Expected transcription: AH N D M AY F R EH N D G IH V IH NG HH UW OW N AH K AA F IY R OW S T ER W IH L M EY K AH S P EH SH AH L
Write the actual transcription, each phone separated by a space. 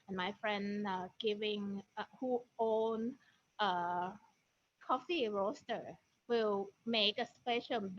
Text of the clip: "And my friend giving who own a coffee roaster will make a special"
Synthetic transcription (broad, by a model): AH N M AY F R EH N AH G IH V IH NG HH UW OW N AH K AA F IY R OW S T ER W IH L M EY K AH S P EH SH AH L